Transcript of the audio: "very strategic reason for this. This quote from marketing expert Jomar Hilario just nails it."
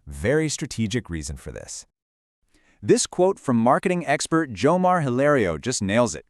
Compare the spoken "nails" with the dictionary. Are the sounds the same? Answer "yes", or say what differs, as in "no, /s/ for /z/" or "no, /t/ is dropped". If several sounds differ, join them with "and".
yes